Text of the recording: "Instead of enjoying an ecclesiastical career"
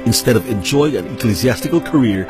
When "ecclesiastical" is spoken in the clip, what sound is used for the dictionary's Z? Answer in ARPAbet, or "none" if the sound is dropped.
Z